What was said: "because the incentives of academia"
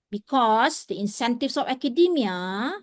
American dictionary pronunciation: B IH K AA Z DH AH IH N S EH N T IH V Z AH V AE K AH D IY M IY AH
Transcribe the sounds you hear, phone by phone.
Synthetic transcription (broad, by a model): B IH K AA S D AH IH N S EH N T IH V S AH F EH K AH D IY M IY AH